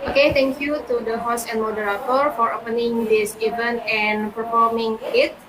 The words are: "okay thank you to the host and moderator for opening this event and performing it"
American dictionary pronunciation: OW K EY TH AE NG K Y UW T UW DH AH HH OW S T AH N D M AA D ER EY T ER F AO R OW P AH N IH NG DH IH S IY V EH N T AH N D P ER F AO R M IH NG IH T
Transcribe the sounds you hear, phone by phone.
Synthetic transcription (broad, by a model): OW K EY T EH NG K Y UW T UW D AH HH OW S AH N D M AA D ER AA T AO F AO R OW P AH N IH NG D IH S IY V EH N T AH N P ER F AO R M IH NG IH T